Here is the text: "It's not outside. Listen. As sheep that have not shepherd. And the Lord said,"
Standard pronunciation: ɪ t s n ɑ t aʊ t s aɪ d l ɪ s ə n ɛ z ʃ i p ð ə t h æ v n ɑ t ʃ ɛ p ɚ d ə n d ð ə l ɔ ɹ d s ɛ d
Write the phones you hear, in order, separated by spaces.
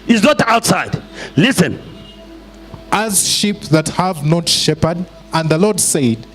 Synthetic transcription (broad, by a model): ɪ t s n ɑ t aʊ t s aɪ d l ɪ s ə n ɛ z ʃ i p ð ə t h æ v n ɑ t ʃ ɛ p ɚ d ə n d ð ə l ɔ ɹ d s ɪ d